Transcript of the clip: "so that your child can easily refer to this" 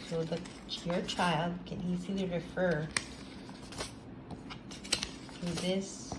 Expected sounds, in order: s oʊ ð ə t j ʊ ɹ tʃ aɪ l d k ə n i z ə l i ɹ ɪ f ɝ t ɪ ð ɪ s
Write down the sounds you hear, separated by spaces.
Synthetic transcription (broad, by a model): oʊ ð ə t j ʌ ɹ tʃ aɪ l d k ə n i z ə l i ɹ ɪ f ɝ t ɪ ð ɪ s